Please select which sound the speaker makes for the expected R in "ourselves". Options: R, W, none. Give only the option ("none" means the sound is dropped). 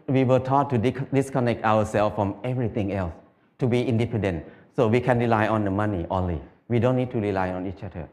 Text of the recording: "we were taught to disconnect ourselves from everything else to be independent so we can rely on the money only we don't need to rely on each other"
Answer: W